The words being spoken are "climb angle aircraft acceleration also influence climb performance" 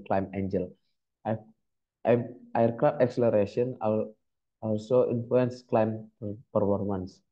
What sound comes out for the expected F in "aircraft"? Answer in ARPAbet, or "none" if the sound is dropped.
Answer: none